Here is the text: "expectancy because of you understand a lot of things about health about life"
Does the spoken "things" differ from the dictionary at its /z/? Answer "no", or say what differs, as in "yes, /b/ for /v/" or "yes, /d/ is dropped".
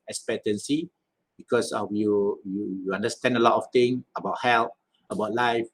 yes, /z/ is dropped